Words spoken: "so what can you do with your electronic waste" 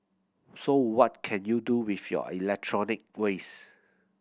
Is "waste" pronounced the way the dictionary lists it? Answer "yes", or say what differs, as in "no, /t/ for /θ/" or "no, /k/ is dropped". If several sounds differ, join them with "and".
no, /t/ is dropped